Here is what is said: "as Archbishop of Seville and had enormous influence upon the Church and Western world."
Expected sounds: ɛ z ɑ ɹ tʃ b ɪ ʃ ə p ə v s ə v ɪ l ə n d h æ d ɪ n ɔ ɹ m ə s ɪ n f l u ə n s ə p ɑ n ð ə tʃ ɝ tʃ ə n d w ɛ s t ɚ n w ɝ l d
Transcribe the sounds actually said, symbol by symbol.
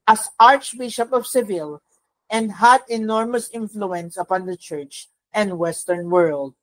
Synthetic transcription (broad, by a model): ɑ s ɑ ɹ tʃ b ɪ ʃ ə p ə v s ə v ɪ l ə n d h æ d ɪ n ɔ ɹ m ə s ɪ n f l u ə n s ə p ɑ n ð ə tʃ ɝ tʃ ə n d w ɛ s t ɚ n w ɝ l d